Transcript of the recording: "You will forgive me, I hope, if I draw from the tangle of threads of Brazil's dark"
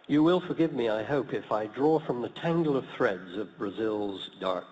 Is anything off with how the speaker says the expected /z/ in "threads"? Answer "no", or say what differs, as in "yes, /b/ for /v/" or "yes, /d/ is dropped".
no